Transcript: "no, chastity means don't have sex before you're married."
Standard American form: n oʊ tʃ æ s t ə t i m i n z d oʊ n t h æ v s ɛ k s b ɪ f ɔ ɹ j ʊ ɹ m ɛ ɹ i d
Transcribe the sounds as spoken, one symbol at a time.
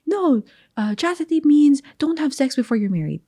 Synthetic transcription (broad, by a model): n oʊ tʃ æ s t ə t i m i n z d oʊ n t h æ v s ɛ k s b ɪ f ɔ ɹ j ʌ ɹ m ɛ ɹ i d